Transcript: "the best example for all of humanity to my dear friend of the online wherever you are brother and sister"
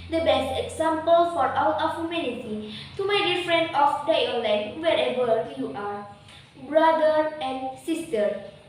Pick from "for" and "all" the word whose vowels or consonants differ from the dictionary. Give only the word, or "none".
all